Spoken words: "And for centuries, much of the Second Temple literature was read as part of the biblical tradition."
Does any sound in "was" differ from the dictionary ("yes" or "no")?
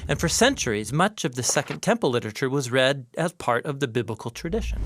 no